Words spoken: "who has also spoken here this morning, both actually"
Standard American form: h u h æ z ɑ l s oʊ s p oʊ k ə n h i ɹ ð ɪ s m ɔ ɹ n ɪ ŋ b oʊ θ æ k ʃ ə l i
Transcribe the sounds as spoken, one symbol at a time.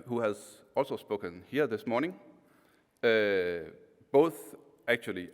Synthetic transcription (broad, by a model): h u h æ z ɑ l s oʊ s p oʊ k ə n h i ɹ ð ɪ s m ɔ ɹ n ɪ ŋ b oʊ θ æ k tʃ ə l i